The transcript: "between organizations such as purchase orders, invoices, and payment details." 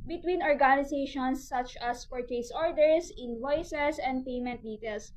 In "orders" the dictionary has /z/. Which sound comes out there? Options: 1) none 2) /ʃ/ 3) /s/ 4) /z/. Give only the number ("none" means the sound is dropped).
3